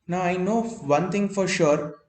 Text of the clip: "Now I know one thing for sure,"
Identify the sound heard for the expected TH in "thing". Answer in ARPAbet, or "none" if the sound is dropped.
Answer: T